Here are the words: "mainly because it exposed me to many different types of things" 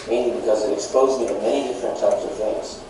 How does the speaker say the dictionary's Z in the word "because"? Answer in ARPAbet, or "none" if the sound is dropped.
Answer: Z